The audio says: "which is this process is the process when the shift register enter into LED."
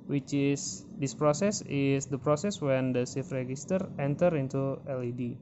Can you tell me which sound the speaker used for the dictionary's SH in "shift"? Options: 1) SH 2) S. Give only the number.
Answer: 2